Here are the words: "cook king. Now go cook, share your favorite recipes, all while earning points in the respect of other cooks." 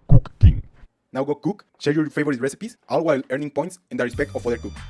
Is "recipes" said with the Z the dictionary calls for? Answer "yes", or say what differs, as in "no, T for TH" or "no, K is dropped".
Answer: no, S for Z